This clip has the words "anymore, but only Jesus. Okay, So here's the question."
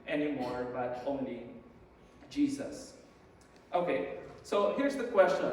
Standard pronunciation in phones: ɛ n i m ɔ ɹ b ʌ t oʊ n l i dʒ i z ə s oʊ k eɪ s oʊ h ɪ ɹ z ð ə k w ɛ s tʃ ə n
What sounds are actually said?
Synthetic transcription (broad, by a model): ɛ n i m ɔ ɹ b ʌ t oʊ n i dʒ i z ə s oʊ k eɪ s oʊ h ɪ ɹ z ð ə k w ɛ s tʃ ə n